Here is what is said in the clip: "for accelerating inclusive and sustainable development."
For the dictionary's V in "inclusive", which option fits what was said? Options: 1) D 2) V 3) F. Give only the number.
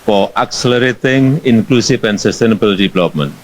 3